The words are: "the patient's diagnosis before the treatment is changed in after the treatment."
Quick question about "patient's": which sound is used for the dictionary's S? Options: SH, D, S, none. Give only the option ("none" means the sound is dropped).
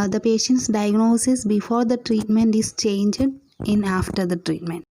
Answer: S